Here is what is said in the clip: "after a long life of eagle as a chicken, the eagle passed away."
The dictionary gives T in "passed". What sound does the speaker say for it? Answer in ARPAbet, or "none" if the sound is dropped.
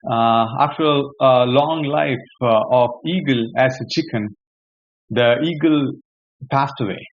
T